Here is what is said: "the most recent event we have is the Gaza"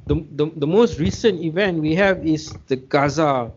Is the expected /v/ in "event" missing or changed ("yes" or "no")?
no